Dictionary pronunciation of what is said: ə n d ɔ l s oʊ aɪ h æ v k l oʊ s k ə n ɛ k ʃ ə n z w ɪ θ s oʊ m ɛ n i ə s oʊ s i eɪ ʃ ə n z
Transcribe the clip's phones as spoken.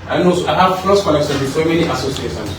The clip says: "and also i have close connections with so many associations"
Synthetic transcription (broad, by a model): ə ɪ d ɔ n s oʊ aɪ h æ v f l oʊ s k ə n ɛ k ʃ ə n w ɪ s oʊ m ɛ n i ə s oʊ s i eɪ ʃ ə n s